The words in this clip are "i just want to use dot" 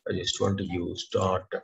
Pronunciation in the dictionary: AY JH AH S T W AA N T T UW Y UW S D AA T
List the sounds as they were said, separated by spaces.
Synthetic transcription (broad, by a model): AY JH AH S T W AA N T T UW Y UW S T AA T